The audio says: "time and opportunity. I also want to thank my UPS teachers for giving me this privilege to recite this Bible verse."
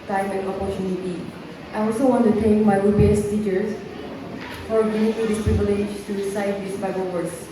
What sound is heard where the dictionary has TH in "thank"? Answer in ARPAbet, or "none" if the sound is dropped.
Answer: T